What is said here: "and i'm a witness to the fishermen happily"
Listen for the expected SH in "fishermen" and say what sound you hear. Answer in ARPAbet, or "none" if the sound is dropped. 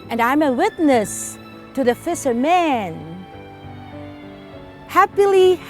S